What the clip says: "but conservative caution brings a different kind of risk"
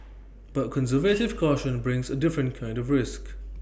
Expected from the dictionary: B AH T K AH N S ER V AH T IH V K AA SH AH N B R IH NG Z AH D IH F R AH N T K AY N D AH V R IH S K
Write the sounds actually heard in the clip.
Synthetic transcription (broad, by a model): B AH T K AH N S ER V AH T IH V K AA SH AH N B R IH NG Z AH D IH F R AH N K AY N D AH V R IH S K